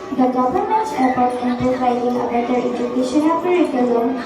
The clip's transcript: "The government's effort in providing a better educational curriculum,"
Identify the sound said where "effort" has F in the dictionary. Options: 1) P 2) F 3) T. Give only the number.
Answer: 1